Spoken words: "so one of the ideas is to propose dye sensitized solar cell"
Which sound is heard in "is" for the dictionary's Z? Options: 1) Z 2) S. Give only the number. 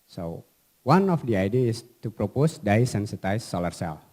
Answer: 2